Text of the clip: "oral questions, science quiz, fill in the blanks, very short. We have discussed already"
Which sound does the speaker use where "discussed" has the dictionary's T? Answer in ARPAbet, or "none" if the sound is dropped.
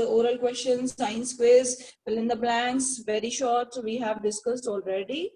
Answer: T